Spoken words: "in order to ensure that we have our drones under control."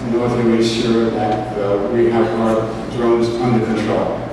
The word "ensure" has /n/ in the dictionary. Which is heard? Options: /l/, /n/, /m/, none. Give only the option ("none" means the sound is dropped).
none